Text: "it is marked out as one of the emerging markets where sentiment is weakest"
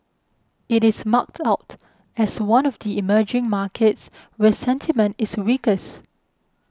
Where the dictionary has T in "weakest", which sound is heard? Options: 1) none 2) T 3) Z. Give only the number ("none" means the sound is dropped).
1